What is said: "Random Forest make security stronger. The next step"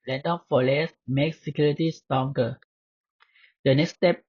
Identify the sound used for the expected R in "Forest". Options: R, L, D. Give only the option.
L